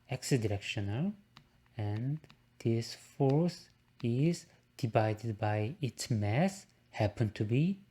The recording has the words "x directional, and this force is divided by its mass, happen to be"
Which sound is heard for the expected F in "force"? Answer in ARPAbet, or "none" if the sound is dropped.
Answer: F